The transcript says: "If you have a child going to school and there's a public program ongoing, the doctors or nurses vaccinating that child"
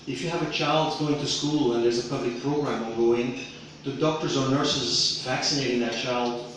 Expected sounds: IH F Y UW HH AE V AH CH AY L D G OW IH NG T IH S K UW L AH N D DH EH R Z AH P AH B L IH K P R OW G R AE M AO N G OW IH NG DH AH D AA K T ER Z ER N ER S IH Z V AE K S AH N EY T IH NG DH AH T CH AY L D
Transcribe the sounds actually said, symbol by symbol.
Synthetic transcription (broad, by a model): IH F Y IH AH V AH CH AY L D G OW IH NG T IH S K UW L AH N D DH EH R Z AH P AH B L IH K P R OW G R AE M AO G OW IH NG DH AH D AA K T ER Z ER N ER S IH Z V AE K S AH N EY T IH NG DH AH T CH AY L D